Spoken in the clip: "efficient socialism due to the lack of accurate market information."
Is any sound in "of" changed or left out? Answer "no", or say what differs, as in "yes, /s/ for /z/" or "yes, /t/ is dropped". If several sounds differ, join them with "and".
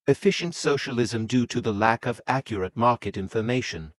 no